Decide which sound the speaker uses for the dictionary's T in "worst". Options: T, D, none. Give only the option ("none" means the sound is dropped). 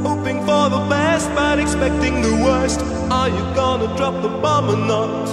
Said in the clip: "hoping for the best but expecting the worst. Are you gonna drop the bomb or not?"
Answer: T